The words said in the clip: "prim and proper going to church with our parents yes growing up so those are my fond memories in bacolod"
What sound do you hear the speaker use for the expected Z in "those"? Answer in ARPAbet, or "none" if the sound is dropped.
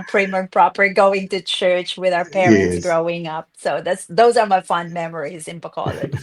Z